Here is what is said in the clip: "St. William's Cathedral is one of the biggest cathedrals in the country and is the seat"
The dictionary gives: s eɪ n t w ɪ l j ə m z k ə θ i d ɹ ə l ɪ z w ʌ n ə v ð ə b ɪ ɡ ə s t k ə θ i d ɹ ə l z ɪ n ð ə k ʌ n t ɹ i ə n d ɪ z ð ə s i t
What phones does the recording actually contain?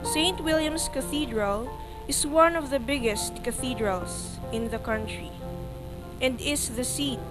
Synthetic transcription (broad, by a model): s eɪ n t w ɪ l j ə m s k ə θ i d ɹ ə l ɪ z w ʌ n ə v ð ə b ɪ ɡ ə s t k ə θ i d ɹ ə l s ɪ n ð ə k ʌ n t ɹ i ə n d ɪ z ð ə s i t